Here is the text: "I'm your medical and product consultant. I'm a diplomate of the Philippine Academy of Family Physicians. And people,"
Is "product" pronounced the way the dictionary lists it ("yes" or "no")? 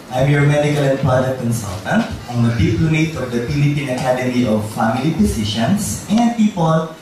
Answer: no